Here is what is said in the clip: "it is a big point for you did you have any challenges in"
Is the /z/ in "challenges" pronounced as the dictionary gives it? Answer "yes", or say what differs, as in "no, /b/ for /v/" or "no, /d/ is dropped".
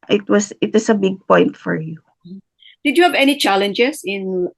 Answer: no, /s/ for /z/